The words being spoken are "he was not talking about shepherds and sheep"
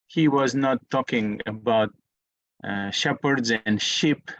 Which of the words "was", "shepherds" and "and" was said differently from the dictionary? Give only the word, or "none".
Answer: none